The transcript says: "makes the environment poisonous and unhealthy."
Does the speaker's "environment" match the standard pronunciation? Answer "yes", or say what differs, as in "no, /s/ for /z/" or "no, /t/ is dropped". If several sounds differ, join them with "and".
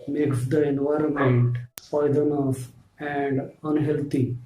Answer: yes